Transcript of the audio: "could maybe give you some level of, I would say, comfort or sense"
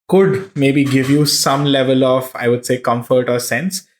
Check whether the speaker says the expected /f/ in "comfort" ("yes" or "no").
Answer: yes